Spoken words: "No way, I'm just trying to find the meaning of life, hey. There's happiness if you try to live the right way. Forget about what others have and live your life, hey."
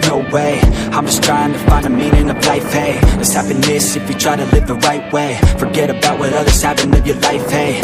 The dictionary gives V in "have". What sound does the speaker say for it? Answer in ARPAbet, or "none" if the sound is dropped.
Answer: P